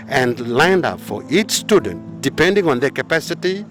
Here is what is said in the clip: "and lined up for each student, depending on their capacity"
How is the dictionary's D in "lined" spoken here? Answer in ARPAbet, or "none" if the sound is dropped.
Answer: D